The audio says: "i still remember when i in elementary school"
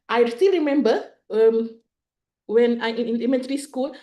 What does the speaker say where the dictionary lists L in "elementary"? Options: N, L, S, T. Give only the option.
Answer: N